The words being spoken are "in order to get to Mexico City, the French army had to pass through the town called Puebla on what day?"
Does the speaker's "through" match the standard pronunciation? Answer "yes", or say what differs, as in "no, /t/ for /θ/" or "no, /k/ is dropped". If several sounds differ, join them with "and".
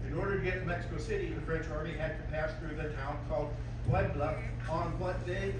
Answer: yes